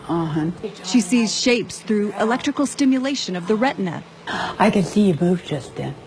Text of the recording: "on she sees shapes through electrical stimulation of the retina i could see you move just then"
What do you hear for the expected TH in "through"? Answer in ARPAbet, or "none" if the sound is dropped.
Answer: TH